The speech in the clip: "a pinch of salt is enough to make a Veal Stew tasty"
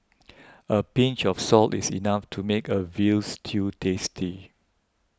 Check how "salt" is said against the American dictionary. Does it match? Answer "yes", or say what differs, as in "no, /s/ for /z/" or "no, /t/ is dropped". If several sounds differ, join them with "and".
yes